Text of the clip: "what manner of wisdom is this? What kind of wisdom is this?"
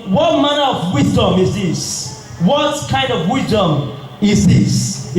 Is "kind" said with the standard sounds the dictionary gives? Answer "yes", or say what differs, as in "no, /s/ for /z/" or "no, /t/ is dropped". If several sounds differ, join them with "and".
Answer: yes